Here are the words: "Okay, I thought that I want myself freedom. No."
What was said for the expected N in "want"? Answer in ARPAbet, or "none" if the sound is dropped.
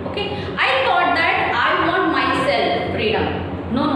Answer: none